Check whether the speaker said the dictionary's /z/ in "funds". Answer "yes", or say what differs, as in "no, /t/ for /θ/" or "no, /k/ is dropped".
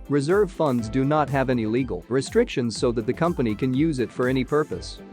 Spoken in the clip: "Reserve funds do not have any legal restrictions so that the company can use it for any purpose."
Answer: yes